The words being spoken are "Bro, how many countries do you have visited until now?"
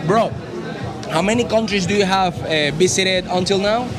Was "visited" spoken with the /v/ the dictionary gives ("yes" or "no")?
no